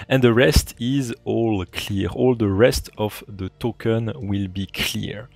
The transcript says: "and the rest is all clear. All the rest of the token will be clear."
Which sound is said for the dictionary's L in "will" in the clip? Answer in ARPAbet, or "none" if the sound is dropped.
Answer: L